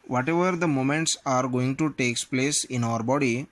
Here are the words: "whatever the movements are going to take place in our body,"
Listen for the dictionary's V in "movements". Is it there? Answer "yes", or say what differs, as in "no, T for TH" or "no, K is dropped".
no, V is dropped